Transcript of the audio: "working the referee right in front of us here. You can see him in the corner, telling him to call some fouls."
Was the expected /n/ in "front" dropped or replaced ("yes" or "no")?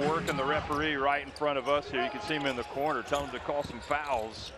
yes